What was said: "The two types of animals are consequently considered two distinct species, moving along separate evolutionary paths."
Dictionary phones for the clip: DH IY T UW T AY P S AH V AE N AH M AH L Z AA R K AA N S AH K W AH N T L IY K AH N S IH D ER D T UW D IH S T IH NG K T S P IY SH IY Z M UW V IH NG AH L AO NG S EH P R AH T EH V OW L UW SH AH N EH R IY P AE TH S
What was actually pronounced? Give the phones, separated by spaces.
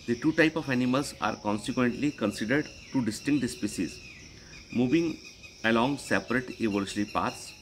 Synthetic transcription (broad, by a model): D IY T UW T AY P AH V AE N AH M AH L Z AA R K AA N S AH K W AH N T L IY K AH N S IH D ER D T UW D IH S T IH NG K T S P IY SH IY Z M UW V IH NG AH L AO NG S EH P R AH T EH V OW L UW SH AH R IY P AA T S